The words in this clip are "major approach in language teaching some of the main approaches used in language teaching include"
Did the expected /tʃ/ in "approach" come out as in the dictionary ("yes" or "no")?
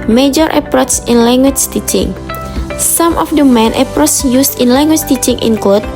no